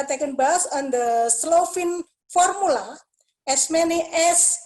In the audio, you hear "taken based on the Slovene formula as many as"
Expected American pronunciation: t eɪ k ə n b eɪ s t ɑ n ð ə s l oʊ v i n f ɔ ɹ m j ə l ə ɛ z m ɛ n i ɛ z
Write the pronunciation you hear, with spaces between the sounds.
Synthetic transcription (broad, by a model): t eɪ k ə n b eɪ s ɑ n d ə s l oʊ f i n f ɔ ɹ m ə l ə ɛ s m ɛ n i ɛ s